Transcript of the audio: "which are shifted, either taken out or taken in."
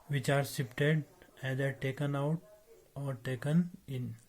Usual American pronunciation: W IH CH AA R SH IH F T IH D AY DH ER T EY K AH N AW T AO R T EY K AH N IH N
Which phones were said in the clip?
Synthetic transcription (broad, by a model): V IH CH AA R S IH P T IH D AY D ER T EY K AH N AW T AO R T EY K AH N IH N